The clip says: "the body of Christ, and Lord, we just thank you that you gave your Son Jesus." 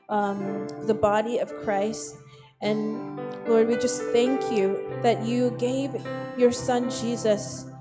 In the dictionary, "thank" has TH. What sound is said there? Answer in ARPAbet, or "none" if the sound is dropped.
TH